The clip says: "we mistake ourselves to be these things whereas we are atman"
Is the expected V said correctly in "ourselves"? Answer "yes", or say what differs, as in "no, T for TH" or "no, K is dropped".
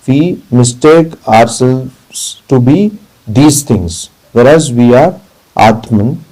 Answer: no, V is dropped